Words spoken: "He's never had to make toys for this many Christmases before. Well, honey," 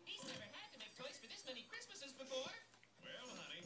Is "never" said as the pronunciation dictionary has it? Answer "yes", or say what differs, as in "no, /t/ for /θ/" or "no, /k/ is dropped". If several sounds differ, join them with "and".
no, /v/ is dropped